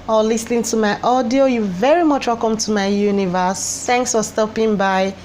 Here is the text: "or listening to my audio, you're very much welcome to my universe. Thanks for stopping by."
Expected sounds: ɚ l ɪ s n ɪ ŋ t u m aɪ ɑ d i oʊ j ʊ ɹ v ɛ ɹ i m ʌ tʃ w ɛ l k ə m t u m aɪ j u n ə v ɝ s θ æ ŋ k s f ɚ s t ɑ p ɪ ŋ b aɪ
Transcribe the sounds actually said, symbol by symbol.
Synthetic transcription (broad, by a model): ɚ l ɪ s n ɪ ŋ t u m aɪ ɑ d i oʊ j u v ɛ ɹ i m ʌ tʃ w ɛ l k ə m t u m aɪ j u n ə v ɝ s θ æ ŋ k s f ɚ s t ɑ p ɪ ŋ b aɪ